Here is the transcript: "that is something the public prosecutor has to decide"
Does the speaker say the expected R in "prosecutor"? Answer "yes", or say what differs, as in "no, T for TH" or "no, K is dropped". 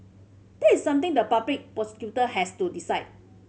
no, R is dropped